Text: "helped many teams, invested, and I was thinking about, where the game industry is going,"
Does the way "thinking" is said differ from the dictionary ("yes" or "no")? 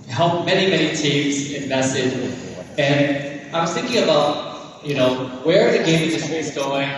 no